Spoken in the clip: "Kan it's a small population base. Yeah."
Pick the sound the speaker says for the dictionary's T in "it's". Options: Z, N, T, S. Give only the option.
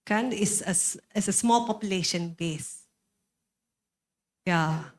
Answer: S